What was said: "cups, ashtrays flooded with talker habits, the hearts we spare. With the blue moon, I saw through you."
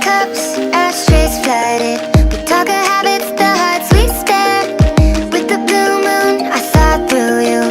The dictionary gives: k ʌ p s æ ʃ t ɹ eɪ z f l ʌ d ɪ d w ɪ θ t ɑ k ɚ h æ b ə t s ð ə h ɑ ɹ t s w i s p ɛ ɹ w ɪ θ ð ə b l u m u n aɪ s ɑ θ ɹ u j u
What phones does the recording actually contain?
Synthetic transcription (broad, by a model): k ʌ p s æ s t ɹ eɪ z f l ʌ d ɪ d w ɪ t ɑ k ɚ h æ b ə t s ð ə h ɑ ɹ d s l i s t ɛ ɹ w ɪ ð ə b l u m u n aɪ θ ɑ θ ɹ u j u